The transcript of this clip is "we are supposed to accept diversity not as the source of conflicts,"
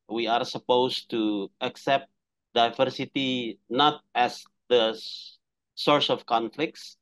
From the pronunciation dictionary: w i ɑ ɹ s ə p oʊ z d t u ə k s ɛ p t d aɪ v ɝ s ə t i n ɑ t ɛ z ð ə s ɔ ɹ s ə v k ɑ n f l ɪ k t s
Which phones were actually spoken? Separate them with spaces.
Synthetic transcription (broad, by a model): w i ɑ ɹ s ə p oʊ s t u ə k s ɛ p t d aɪ v ɝ s ə t i n ɑ t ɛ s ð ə s ɔ ɹ s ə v k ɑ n f l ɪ k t s